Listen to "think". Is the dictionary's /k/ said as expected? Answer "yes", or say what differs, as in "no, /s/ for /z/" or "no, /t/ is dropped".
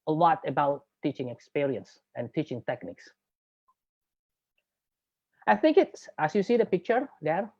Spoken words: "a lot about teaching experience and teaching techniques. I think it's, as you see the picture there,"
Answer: yes